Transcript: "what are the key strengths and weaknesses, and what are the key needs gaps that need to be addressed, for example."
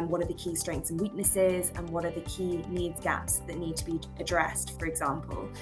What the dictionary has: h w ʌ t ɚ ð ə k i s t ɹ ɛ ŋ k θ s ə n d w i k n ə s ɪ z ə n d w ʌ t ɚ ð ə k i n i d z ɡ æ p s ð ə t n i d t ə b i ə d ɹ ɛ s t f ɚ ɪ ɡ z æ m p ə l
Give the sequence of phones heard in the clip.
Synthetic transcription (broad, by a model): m w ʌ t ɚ ð ə k i s t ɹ ɛ ŋ k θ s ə n w i k n ə s ɪ z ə n w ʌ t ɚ ð ə k i n i d z ɡ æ p s ð ə t n i d t ə b i ə d ɹ ɛ s t f ɚ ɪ ɡ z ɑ m p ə l